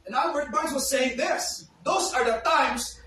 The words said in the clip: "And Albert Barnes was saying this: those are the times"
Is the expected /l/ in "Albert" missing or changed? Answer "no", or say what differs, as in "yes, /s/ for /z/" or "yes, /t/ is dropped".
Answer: yes, /l/ is dropped